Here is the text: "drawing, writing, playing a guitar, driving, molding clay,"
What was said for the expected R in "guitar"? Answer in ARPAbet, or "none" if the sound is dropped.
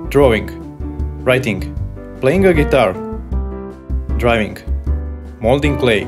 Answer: R